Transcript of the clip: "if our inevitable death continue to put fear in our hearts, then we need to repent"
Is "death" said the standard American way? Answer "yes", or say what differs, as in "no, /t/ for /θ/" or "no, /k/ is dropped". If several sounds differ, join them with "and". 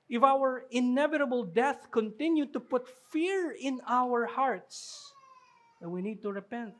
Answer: yes